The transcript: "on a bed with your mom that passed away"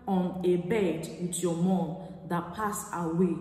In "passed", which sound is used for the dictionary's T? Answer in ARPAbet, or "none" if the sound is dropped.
none